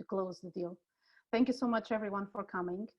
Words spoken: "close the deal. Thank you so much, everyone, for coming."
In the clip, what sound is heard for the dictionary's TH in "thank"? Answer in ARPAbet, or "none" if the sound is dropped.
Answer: TH